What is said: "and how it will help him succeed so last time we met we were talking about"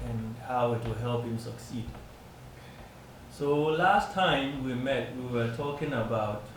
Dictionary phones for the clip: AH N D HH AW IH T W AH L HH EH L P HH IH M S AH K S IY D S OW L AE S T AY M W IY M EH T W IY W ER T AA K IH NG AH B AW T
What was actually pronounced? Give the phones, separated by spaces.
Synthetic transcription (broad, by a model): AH N HH AW IH T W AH HH EH L P HH IH M S AH K S IY D S OW L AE S T AY M W IY M EH T W IY W ER T AA K IH NG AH B AW T